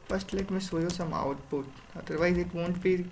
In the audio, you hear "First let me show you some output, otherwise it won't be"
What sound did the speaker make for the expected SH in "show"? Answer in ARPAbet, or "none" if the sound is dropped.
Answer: S